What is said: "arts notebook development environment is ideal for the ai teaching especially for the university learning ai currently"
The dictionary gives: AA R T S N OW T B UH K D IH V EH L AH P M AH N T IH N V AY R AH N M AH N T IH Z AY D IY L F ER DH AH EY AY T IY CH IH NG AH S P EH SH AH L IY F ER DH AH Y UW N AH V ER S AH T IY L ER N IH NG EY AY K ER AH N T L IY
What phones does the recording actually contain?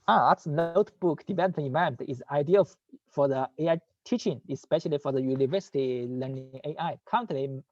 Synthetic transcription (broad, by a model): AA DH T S N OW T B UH K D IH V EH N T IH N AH M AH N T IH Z AY D IY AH F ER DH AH EY AY T IY CH IH NG AH S P EH SH AH L IY F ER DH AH Y UW N AH V ER S AH T IY L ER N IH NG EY AY K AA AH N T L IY